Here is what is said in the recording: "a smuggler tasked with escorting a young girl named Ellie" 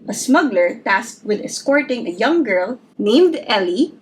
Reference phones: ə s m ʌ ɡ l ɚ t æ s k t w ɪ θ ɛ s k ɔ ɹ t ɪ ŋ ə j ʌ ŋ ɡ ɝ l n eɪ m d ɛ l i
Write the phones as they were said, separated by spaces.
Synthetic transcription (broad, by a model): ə s m ʌ ɡ l ɚ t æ s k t w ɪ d ɛ s k ɔ ɹ t ɪ ŋ ə j ʌ ŋ ɡ ɝ l n eɪ m d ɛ l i